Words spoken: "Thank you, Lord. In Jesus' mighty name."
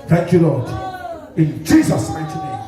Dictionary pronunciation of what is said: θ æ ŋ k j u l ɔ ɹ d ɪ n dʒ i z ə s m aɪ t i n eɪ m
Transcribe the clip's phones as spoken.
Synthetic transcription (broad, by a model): θ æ ŋ k j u l ɔ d ɪ n dʒ i z ə s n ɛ t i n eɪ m